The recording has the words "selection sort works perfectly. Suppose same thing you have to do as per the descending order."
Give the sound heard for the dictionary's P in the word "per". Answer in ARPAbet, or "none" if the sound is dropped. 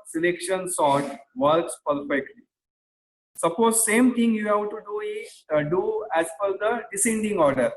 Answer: F